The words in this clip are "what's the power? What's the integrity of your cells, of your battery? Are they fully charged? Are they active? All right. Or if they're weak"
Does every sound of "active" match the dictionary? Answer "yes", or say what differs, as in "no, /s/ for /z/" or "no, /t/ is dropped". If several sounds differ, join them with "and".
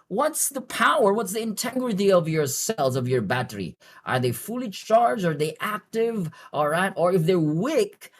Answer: yes